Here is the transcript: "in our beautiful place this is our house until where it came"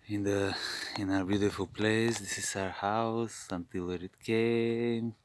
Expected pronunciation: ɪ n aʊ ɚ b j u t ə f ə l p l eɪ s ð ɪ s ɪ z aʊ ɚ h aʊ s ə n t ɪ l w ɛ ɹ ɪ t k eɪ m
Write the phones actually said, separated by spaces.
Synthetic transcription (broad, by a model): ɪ n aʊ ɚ b j u t ə f ə l p l eɪ s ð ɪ s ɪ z aʊ ɚ h aʊ s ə n t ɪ l w ɛ ɹ ɪ t k eɪ m